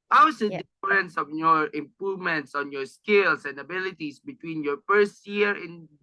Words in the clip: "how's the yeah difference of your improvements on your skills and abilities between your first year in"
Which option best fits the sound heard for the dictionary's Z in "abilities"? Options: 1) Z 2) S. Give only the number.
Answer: 2